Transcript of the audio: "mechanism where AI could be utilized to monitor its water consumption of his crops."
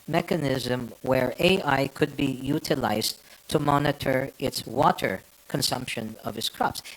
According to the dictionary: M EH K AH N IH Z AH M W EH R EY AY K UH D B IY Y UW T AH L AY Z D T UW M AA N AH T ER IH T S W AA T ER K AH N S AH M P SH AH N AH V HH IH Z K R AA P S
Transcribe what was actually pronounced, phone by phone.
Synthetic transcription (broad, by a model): M EH K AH N IH Z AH M W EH R EY AY K UH D B IY Y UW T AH L AY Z T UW M AA N AH T ER IH T S W AA T ER K AH N S AH M P SH AH N AH V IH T K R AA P S